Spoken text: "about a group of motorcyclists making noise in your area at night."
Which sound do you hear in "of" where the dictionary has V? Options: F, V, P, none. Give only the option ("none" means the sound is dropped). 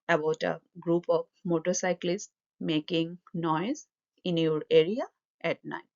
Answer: P